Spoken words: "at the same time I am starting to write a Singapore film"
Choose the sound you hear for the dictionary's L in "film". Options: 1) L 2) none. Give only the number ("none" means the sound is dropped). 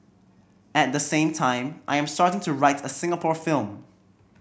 1